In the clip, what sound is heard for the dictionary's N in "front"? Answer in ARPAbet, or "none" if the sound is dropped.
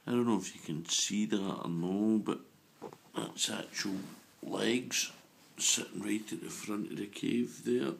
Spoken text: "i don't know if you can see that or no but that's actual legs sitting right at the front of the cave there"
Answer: N